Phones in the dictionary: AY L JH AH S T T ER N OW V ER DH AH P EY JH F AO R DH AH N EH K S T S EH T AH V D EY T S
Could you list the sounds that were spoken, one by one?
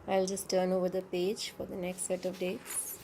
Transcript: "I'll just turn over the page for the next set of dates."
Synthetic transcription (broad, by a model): AY L JH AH S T T ER N OW V ER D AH P EY JH F AO R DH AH N EH K S T S EH T AH V D EY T S